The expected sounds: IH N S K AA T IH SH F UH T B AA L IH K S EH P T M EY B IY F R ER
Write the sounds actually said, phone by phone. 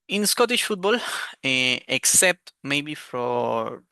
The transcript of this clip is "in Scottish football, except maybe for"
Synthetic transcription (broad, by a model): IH N S K AA T IH SH F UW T B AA L IH K S EH P T M EY B IY F R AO